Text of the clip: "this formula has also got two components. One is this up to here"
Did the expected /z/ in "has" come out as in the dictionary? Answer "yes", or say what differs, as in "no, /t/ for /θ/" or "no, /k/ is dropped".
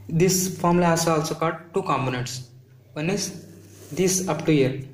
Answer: no, /s/ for /z/